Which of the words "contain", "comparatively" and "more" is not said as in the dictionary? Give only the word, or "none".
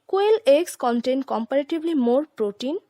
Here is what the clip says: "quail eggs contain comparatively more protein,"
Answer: comparatively